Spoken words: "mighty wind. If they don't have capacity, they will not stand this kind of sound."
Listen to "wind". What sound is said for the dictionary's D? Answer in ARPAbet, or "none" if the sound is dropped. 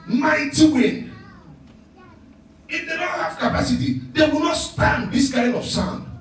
none